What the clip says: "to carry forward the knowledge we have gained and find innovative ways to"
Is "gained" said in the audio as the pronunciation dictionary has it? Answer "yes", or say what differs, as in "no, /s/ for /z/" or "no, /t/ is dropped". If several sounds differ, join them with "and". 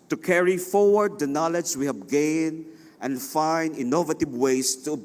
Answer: no, /d/ is dropped